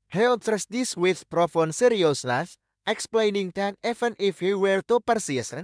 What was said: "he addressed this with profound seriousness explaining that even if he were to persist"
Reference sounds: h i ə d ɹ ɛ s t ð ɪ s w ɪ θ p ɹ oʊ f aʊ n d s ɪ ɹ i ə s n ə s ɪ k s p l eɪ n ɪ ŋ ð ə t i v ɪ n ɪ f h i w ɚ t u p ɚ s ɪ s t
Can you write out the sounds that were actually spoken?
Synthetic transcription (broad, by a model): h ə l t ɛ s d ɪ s w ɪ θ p ɹ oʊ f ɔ n s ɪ ɹ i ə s l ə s ɪ k s p l eɪ n ɪ ŋ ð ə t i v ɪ n ɪ f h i w ɚ t u p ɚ s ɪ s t